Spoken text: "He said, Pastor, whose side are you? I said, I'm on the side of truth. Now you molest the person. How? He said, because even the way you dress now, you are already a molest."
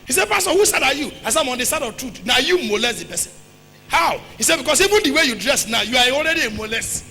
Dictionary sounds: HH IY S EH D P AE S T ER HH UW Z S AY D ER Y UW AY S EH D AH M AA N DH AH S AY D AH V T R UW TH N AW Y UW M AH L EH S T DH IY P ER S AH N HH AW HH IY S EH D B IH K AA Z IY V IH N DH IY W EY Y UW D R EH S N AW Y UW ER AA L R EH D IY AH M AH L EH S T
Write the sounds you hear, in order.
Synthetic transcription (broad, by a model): HH IY S EH D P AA S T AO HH UW S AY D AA Y UW AY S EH AH M AA N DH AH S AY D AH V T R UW T N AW Y UW M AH L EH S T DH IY P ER S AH N HH AW HH IY S EH D B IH K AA S IY V IH N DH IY W EY Y UW D R EH S N AW Y UW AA AA L R EH D IY AH M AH L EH S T